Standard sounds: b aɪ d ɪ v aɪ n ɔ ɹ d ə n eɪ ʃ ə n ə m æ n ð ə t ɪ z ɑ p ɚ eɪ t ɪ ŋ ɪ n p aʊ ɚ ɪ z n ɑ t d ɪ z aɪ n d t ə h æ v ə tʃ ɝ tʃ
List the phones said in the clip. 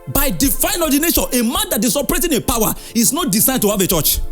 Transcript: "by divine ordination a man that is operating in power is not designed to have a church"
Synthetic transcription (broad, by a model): b aɪ d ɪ f aɪ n ɔ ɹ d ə n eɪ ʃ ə n ə m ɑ n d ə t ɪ s ɑ p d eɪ t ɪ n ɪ p aʊ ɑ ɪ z n ɑ t d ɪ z aɪ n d t ə h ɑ v ə tʃ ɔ tʃ